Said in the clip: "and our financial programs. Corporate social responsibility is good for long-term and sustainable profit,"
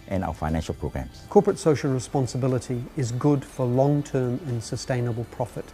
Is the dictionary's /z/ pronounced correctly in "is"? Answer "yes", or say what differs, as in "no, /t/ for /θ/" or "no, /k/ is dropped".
yes